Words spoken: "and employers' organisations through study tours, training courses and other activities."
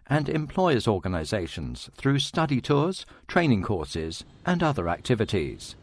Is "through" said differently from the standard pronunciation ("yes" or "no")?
no